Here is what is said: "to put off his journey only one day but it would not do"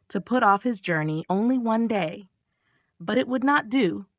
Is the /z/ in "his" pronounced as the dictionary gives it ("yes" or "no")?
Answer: yes